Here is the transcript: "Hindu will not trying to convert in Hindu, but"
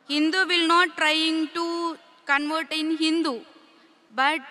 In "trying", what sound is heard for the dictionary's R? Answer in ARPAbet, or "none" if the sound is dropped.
R